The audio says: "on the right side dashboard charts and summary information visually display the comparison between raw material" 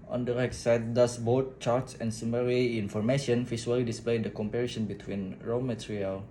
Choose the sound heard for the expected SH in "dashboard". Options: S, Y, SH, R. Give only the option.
S